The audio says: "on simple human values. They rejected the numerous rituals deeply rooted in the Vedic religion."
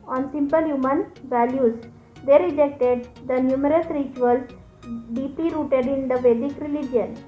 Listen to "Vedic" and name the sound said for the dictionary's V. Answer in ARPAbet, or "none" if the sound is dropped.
V